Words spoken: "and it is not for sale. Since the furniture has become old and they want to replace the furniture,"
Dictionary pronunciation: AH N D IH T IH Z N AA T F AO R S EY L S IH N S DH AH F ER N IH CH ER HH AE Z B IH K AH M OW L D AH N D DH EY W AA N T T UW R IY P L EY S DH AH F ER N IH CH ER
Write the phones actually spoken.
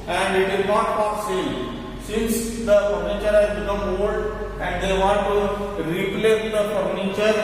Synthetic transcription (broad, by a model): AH N D IH T IH Z N AA T P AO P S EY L S IH N S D AH F ER N IH CH ER HH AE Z B IH K AH M OW L D AH N D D EY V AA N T T UW R IY P L EY S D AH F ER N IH CH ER